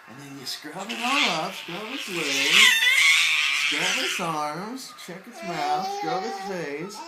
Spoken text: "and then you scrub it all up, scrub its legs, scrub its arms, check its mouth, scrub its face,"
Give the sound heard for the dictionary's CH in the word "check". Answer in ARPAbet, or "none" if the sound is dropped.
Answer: CH